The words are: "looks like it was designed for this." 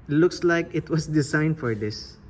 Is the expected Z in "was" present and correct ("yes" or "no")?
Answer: no